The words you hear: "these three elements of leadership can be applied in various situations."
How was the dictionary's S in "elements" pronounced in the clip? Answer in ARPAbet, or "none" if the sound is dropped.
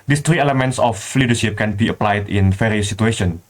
S